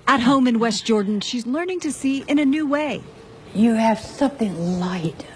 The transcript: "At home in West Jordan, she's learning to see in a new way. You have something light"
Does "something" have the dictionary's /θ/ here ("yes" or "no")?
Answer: yes